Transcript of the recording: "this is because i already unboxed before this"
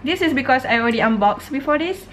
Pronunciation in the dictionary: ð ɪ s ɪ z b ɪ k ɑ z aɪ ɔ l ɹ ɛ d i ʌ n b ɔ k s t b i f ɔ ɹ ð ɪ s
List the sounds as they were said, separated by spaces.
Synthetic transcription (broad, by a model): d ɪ s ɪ s b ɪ k ɑ s aɪ ɔ l ɹ ɛ d i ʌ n b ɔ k s b i f ɔ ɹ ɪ s